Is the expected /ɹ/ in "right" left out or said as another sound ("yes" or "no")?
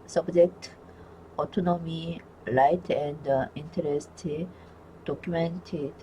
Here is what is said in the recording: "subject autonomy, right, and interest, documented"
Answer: yes